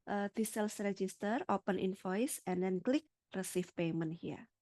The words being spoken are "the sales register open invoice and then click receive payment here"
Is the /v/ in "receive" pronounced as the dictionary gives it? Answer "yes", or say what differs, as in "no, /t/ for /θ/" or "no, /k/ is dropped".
no, /f/ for /v/